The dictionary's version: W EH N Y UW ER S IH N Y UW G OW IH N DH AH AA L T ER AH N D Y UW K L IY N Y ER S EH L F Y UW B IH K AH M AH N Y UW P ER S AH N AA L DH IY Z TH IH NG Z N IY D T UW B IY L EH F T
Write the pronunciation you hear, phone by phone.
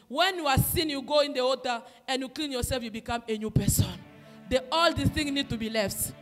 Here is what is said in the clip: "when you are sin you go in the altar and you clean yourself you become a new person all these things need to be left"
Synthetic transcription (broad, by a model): W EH N Y UW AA S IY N Y UW G OW IH N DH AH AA T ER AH N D Y UW K L IY N Y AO S EH L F Y UW B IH K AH M AH N Y UW P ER S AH N AA L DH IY TH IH NG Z N IY D T UW B IY L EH F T